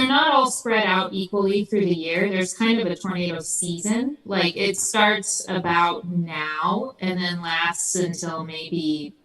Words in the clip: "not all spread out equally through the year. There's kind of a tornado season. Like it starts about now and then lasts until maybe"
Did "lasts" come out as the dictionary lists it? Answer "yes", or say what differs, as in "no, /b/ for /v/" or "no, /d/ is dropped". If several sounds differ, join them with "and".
yes